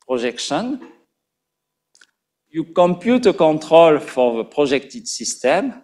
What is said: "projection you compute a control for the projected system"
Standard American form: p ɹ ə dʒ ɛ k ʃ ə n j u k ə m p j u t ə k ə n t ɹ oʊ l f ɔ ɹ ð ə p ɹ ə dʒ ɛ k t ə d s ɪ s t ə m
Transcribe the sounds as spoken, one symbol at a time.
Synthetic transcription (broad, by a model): p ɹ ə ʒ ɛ k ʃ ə n j u k ə m p j u t ə k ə t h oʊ l f ɔ ɹ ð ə p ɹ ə ʒ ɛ k t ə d s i s t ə m